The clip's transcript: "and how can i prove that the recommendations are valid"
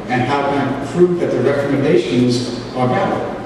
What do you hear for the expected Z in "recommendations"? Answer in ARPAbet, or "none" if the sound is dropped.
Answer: Z